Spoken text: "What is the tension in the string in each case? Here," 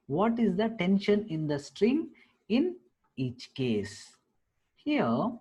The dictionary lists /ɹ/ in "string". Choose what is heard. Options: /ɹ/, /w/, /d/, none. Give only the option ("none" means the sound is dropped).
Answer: /ɹ/